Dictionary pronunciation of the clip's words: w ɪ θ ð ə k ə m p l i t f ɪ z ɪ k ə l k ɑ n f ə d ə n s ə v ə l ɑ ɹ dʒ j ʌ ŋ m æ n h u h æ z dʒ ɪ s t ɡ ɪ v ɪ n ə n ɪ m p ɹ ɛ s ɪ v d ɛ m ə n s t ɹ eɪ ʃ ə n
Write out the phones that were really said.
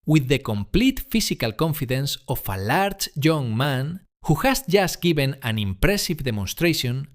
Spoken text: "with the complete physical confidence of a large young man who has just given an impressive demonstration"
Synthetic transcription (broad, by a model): w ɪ ð ə k ə m p l i t f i s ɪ k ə l k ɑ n f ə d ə n s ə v ə l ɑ ɹ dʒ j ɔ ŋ m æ n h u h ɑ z dʒ ɪ s t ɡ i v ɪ n ə n ɪ m p ɹ ɛ s ɪ v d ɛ m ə n s t ɹ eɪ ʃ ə n